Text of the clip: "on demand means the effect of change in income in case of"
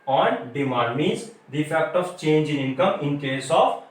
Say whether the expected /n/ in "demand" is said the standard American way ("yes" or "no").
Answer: no